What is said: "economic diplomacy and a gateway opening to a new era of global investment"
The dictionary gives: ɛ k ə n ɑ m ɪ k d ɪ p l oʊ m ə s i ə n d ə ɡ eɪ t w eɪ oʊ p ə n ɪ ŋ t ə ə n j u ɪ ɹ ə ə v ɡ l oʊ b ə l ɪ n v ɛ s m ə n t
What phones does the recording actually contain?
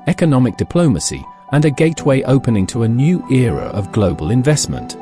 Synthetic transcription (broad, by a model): ɛ k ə n ɑ m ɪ k d ɪ p l oʊ m ə s i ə n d ə ɡ eɪ t w eɪ oʊ p ə n ɪ ŋ t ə ə n j u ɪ ɹ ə ə v ɡ l oʊ b ə l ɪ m v ɛ s m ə n t